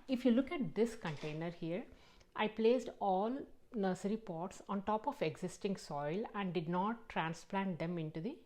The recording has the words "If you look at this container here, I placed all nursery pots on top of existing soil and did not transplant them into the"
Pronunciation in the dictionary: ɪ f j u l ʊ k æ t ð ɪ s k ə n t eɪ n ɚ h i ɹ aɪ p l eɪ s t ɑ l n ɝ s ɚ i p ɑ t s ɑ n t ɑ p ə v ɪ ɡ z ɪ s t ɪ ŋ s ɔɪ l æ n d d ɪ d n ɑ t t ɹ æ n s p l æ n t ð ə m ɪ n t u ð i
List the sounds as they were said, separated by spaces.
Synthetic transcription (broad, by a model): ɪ f j u l ʊ k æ t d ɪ s k ə n t eɪ n ɚ h i ɹ aɪ p l eɪ s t ɑ l n ɝ s ɚ i p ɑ t s ɑ n t ɑ p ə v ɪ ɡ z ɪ s t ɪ ŋ s ɔɪ l æ n d d ɪ d n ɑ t t ɹ æ n s p l æ n t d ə m ɪ n t u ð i